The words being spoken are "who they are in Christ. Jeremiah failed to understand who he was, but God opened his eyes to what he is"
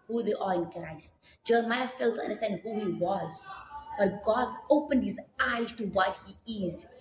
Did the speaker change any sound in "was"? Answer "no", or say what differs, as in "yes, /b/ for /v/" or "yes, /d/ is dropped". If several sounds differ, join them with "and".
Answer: no